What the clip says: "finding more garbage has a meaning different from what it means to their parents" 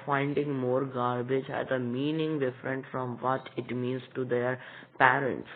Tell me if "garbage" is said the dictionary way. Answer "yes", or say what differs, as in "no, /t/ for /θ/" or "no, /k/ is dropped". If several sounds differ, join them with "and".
yes